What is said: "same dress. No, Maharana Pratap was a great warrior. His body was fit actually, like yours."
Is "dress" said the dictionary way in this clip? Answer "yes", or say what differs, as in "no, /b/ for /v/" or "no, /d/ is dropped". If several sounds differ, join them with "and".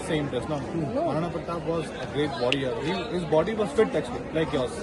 no, /ɹ/ is dropped